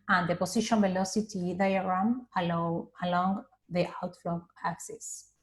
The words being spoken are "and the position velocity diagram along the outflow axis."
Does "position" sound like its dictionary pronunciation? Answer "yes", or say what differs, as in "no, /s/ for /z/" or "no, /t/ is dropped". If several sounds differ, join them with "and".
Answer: no, /s/ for /z/